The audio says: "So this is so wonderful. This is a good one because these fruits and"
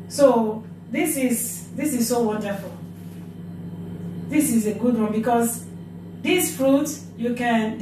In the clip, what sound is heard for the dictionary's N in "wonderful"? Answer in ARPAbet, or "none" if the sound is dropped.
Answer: N